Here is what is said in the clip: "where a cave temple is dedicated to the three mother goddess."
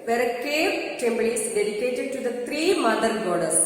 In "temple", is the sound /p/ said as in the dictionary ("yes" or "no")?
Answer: no